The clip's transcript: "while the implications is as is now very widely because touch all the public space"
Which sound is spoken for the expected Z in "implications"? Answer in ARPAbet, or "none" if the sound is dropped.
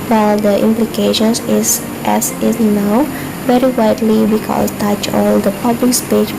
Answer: S